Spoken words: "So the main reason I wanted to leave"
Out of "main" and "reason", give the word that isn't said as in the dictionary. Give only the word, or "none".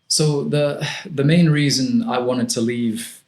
none